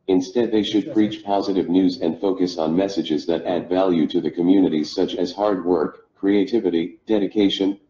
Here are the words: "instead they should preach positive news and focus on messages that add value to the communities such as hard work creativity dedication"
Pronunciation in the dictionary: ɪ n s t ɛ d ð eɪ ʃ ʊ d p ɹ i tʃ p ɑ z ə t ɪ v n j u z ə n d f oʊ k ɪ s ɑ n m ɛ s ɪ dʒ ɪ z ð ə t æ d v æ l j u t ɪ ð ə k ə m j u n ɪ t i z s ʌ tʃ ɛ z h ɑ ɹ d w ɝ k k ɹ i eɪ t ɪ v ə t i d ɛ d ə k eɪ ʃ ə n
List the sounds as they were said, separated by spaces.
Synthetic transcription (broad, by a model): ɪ n s t ɛ d ð eɪ ʃ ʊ d p ɹ i tʃ p ɑ z ə t ɪ v n j u z ə n d f oʊ k ɪ s n m ɛ s ɪ dʒ ɪ z ð ə t æ d v æ l j u t ɪ ð ə k ə m j u n ɪ t i z s ʌ tʃ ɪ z h ɑ ɹ d w ɝ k k ɹ i eɪ t ɪ v ə t i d ɛ d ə k eɪ ʃ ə n